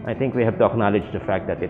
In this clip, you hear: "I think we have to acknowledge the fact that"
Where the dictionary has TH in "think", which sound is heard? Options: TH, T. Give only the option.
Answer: T